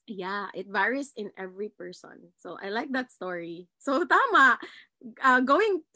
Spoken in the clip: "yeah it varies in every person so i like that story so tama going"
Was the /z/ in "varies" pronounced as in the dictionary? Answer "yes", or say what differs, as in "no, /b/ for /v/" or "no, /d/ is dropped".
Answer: no, /s/ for /z/